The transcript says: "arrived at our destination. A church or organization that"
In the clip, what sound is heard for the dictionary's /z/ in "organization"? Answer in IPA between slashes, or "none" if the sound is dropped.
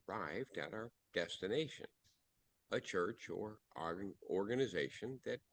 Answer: /z/